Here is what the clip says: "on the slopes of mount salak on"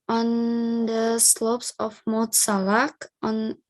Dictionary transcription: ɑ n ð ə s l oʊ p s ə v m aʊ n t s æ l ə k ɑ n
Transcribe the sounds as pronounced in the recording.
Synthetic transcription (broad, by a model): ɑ n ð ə s l oʊ p s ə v m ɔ t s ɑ l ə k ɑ n